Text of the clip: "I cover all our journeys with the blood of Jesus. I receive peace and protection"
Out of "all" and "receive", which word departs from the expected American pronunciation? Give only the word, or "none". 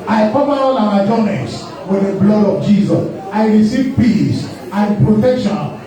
all